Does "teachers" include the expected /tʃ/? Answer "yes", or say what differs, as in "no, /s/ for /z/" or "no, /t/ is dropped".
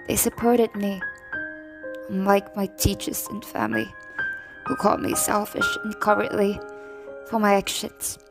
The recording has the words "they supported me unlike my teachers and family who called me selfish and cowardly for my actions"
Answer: yes